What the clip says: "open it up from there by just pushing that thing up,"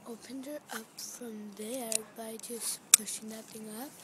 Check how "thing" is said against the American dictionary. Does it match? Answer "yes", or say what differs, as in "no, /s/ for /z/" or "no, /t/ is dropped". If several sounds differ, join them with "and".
no, /t/ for /θ/